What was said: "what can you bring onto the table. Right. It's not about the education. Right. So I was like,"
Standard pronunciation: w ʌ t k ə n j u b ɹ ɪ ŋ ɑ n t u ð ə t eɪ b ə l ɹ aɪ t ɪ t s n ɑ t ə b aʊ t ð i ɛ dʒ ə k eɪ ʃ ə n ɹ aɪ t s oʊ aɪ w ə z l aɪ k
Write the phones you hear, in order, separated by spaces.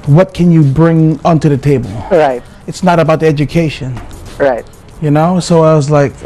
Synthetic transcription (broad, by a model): w ʌ t k ə n j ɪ b ɹ ɪ ŋ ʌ n t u ð ə t eɪ b ə l ɹ aɪ t ɪ t s n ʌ t ə b aʊ t ð i ɛ dʒ ə k eɪ ʃ ə n ɹ aɪ t s oʊ aɪ w ə z l aɪ k